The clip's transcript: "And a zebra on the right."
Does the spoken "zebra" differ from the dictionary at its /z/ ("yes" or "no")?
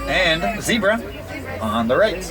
no